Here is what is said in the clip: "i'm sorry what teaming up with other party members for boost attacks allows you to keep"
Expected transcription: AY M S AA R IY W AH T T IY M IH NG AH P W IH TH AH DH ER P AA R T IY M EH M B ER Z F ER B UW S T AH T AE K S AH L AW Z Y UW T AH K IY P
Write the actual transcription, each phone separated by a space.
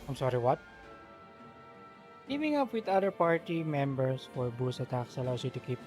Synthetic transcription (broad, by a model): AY M S AA R IY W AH T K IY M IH NG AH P W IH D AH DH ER P AA R T IY M EH M B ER S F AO B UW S AH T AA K S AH L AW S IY T AH K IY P